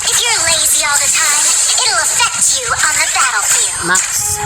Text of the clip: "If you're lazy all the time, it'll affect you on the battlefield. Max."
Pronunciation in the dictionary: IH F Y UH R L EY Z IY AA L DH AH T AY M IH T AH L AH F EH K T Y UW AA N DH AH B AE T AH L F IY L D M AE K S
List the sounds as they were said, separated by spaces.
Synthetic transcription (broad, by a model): IH F Y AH R L EY Z IY AA L DH AH T AY M IH T L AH F EH K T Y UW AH N DH AH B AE T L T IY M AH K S